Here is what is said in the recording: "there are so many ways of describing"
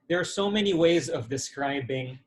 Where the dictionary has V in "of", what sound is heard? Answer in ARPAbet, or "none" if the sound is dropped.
V